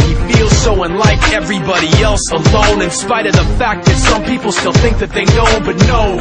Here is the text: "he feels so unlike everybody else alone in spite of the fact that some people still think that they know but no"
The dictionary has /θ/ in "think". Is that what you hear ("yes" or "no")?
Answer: yes